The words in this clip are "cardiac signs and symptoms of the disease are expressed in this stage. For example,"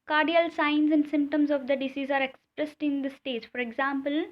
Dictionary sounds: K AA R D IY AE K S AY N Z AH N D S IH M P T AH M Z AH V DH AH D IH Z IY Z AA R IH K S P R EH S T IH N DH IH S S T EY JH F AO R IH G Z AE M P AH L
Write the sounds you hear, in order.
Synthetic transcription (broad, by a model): K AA R D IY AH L S AY N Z AH N D S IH M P T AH M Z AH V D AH D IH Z IY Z AA R IH K S P R EH S T IH N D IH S S T EY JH F AO R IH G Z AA M P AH L